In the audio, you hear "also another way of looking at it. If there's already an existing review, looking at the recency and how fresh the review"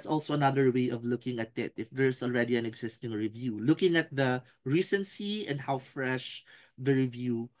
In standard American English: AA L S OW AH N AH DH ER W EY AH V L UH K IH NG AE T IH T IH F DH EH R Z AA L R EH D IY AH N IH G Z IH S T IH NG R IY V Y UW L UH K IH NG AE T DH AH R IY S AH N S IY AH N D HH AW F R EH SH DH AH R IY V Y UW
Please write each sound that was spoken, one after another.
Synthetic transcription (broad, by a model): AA L S OW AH N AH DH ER W EY AH V L UH K IH NG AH T IH T IH F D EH R S AA L R EH D IY AH N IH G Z IH S T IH NG R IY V Y UW L UH K IH NG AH T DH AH R IY S AH N S IY AH N D HH AW F R EH SH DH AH R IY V Y UW